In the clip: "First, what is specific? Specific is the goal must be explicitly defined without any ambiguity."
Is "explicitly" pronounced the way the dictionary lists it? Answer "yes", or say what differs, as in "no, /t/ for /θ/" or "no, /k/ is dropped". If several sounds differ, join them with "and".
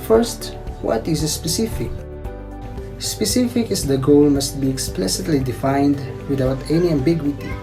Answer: yes